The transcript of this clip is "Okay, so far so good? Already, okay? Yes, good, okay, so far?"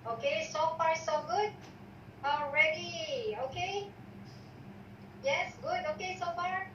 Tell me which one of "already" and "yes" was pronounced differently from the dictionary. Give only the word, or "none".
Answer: none